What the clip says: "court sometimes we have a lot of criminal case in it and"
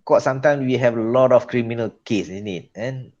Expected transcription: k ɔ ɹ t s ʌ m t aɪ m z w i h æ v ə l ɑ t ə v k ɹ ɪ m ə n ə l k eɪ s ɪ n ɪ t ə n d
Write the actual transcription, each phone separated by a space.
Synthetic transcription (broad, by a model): k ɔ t s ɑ m t aɪ m s w i h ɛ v ə l ɑ t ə f k ɹ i m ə n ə l k eɪ s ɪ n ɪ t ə n